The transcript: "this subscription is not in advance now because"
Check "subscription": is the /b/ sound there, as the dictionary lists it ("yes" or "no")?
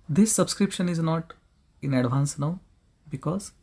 yes